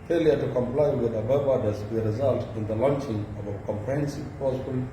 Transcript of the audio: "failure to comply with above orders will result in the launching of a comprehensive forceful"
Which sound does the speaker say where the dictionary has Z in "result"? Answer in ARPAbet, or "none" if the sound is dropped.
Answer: Z